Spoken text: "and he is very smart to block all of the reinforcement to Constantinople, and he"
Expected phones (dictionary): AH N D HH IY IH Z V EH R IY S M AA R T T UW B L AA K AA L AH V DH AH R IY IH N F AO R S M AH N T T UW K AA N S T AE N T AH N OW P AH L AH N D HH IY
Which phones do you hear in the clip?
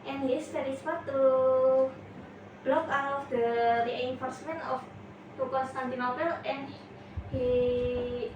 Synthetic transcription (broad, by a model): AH N HH IY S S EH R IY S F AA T T UW B L AA K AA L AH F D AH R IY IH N F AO R S M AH N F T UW K AA N S T AE N T AH N OW P AH L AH N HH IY